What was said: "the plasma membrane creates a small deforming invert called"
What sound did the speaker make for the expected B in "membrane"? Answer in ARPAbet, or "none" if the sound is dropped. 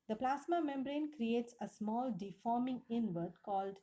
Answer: B